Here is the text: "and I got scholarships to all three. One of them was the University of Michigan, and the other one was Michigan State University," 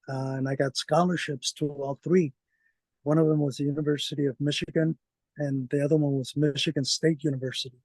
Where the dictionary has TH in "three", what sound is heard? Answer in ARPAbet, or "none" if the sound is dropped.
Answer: TH